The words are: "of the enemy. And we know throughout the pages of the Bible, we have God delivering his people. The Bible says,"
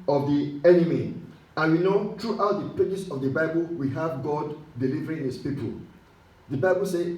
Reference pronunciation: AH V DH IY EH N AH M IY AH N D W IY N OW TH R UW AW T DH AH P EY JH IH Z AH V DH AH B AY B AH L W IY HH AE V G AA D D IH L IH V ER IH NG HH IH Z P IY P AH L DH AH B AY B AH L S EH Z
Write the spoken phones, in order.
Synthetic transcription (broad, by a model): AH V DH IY EH N AH M IY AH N W IY N OW T R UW AW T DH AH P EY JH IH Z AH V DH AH B AY B AH L W IY HH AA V G AA D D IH L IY V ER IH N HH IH S P IY P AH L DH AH B AY B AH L S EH